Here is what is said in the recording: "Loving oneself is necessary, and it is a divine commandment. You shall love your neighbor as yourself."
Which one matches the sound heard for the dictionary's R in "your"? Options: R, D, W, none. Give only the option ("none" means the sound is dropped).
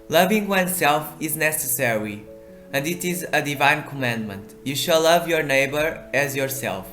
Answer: R